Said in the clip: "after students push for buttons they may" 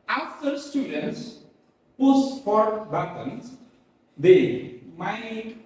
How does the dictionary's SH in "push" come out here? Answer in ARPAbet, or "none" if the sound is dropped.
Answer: S